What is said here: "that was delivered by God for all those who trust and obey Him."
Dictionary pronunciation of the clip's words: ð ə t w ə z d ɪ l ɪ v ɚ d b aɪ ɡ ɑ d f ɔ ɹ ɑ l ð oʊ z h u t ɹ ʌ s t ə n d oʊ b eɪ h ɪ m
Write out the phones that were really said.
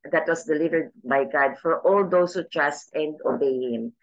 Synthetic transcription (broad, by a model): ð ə t w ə s d ɪ l ɪ v ɚ d b aɪ ɡ ɑ d f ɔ ɹ ɑ l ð oʊ s h u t ɹ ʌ s t ə n d oʊ b eɪ h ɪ m